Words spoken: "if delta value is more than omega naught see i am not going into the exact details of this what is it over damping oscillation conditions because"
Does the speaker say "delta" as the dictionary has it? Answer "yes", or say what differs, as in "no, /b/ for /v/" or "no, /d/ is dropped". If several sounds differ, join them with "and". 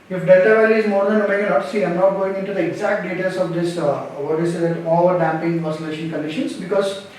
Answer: no, /l/ is dropped